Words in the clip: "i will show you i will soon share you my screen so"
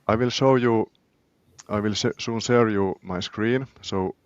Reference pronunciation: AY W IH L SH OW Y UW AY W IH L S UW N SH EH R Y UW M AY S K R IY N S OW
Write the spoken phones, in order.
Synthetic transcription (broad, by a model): AY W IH L SH OW Y UW AY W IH L S UW N S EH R Y UW M AY S K R IY N S OW